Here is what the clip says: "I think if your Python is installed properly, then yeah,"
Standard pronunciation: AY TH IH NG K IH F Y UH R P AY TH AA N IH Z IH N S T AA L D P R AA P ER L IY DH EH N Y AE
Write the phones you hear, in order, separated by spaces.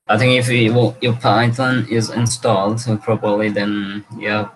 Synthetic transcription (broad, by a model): AY TH IH NG K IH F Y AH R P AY T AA N IH Z IH N S T AA L D P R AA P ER L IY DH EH N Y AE